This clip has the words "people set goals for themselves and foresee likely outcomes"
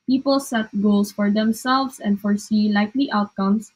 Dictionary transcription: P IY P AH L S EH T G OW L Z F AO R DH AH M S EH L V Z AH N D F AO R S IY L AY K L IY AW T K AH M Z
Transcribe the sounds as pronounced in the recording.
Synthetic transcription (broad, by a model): P IY P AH L S EH T G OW L S F AO R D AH M S EH L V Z AH N D F AO R S IY L AY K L IY AW T K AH M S